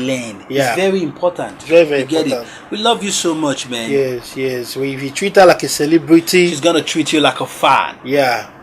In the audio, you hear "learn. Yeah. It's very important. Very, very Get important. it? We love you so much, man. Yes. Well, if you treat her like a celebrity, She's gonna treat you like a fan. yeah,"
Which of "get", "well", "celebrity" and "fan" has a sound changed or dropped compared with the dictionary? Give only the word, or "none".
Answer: well